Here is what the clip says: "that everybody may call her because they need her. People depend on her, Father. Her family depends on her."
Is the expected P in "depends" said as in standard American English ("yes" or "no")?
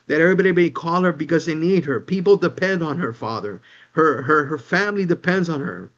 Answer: yes